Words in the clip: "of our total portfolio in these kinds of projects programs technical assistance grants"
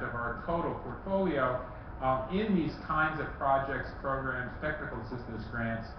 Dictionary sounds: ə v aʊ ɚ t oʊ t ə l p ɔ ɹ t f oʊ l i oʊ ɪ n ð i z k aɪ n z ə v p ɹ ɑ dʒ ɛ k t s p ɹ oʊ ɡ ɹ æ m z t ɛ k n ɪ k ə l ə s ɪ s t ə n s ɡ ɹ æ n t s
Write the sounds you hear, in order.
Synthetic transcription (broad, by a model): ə v aʊ ɚ t oʊ t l p ɔ ɹ t f oʊ l i oʊ ɪ n ð i z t aɪ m z ə v p ɹ ɑ dʒ ɛ k t s p ɹ oʊ ɡ ɹ æ m z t ɛ k n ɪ k l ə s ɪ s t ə s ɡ ɹ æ n t s